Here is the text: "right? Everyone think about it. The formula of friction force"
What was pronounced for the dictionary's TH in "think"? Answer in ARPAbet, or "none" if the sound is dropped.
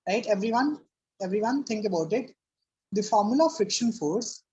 T